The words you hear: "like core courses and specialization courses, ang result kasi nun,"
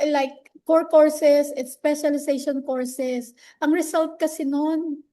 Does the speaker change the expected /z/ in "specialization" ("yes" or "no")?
yes